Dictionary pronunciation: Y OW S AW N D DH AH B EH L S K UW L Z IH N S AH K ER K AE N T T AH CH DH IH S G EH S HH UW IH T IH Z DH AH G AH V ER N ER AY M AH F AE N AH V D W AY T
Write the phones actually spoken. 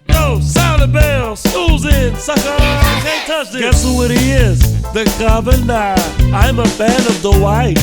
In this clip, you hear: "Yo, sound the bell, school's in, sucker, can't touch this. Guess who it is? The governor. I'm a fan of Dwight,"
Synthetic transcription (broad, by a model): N OW S AW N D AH B EH L S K UW L Z IH N S AH K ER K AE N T T AH CH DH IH G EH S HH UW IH T IH Z DH AH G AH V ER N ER AY M AH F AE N AH V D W AY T